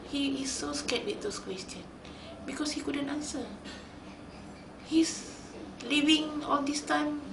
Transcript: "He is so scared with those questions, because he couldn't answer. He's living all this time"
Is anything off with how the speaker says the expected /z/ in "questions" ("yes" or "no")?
yes